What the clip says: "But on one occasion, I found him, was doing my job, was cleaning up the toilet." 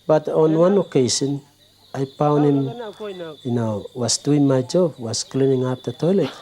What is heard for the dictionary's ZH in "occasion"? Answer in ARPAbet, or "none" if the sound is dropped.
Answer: S